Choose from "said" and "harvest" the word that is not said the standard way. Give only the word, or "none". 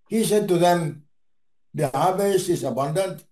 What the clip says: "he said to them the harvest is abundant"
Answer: harvest